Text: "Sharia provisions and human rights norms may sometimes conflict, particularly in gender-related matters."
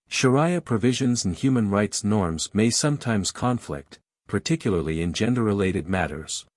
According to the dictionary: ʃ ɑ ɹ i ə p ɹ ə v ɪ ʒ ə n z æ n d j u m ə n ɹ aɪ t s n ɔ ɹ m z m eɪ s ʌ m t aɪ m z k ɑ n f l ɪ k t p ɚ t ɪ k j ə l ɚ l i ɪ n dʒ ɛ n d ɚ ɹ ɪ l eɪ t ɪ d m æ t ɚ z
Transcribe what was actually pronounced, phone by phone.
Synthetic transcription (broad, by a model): ʃ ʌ ɹ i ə p ɹ ə v ɪ ʒ ə n z n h j u m ə n ɹ aɪ t s n ɔ ɹ m z m eɪ s ʌ m t aɪ m z k ɑ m f l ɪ k t p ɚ t ɪ k j l ɚ l i ɪ n dʒ ɛ n d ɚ ɹ ɪ l eɪ t ɪ d m æ t ɚ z